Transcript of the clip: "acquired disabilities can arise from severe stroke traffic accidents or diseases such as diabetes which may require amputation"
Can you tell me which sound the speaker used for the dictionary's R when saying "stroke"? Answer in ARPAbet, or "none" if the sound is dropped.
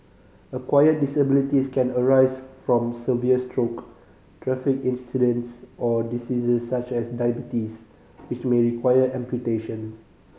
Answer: R